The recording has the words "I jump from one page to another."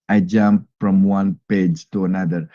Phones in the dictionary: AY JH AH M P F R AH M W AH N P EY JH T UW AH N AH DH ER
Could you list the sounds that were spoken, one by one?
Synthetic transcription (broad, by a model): AY JH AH M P F R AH M W AH N P EY JH T UW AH N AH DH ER